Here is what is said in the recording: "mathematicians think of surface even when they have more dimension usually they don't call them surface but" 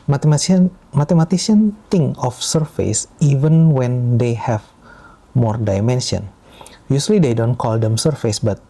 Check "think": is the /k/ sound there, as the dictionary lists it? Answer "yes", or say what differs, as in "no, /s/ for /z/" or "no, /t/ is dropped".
no, /k/ is dropped